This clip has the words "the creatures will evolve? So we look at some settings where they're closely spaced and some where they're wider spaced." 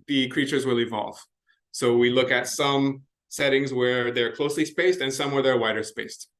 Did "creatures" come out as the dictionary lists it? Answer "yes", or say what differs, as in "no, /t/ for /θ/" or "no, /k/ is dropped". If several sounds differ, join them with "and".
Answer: yes